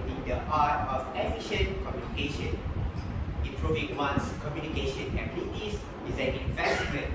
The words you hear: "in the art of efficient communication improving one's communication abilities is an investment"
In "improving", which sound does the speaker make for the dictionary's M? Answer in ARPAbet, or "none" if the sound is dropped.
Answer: none